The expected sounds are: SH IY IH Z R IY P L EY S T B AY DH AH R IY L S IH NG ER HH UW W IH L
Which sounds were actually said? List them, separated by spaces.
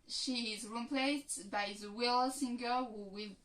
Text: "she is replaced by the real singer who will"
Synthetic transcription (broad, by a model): SH IY IH Z R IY P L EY S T B AY DH AH W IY L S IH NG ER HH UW W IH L